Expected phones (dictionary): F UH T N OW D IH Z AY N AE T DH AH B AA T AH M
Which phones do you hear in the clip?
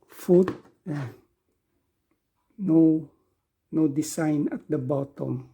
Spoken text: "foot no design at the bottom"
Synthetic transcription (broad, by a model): F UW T N OW D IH S AY N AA T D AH B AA T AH M